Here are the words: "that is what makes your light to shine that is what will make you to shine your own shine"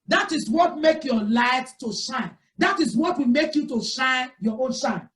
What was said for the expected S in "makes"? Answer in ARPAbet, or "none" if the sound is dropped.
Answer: none